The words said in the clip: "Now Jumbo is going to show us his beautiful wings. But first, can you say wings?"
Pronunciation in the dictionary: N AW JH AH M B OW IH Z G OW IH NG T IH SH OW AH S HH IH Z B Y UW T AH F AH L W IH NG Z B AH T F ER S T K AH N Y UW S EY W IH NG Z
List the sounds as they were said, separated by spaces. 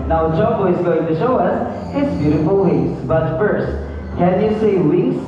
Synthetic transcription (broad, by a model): N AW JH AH B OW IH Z G OW IH NG T IH SH OW AH S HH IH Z B Y UW T AH F AH L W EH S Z B AH T F ER S T K AH N Y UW S EY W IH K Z